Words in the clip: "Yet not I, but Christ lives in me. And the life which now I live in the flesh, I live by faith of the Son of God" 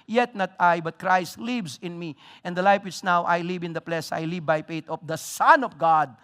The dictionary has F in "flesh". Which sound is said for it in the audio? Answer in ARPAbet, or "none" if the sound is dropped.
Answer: P